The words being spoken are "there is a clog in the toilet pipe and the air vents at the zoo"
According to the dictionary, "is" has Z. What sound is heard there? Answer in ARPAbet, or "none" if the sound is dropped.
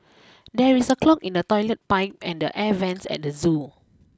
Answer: S